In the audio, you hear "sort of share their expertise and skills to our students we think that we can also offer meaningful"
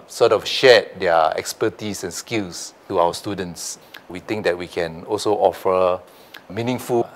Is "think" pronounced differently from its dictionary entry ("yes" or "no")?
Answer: yes